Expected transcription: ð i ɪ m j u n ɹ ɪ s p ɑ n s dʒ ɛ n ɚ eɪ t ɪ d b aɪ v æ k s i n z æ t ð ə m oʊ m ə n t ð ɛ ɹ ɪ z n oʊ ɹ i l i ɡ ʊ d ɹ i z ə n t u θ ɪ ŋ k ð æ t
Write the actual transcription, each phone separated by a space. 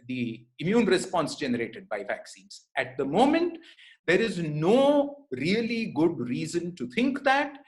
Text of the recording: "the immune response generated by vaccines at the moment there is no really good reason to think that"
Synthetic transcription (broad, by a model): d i ɪ m j u n ɹ ɪ s p ɑ n s dʒ ɛ n ɚ eɪ t ɪ d b aɪ v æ k s i n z æ t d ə m oʊ m ə n t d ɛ ɹ ɪ z n oʊ ɹ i l i ɡ ʊ d ɹ i z ə n t u t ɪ ŋ k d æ t